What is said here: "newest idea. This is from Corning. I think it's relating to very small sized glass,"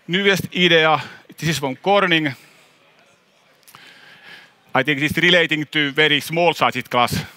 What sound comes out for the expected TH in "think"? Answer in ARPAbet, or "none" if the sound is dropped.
T